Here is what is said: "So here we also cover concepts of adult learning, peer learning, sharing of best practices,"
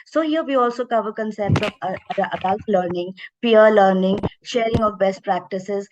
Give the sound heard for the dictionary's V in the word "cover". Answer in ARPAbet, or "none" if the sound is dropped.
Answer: V